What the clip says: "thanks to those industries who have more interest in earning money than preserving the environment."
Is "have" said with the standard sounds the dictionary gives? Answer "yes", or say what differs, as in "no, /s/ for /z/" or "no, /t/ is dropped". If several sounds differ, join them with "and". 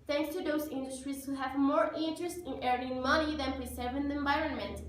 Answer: yes